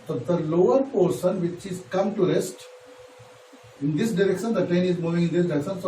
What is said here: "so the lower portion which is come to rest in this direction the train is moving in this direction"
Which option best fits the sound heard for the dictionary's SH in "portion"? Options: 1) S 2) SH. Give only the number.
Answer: 1